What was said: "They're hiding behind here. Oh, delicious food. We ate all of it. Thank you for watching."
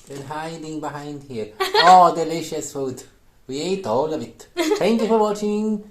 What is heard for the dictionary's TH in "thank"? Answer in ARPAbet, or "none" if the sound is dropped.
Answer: T